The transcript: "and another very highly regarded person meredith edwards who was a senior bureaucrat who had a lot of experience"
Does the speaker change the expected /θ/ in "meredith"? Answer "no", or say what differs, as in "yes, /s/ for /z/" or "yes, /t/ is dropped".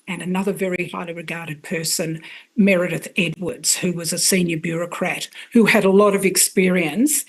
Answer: no